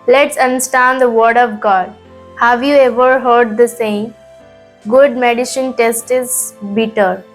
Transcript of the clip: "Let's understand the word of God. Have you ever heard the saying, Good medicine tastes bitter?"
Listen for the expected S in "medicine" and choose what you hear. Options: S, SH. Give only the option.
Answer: SH